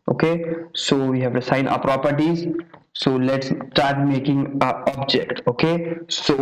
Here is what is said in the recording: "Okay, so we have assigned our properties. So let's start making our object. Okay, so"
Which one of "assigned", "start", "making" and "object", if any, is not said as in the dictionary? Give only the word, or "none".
assigned